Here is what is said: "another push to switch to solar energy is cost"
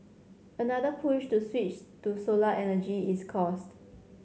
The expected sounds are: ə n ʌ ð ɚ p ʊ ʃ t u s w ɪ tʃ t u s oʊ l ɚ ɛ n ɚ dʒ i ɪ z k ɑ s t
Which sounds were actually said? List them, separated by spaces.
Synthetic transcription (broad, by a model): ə n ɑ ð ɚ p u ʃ t u s w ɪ tʃ t u s oʊ l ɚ ɛ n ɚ dʒ i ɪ s k ɑ s t